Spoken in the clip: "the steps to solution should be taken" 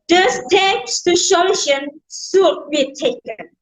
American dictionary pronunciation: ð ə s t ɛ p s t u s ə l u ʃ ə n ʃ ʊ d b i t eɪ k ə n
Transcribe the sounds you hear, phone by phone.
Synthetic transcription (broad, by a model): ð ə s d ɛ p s t u ʃ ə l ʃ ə n s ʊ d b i t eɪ k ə n